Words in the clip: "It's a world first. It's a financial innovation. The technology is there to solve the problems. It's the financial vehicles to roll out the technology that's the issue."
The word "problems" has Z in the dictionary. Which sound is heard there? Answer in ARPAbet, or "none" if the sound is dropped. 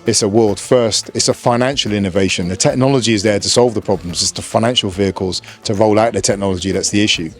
Z